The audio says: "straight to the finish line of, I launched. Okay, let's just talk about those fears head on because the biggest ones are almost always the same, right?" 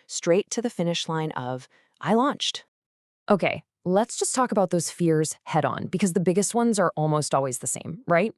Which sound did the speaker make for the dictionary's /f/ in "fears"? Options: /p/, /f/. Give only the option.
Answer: /f/